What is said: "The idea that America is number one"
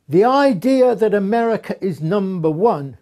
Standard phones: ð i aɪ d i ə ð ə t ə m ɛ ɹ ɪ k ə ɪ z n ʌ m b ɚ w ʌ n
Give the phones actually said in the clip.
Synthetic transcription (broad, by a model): ð i aɪ d i ə ð ə t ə m ɛ ɹ ɪ k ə ɪ z n ʌ m b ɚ w ʌ n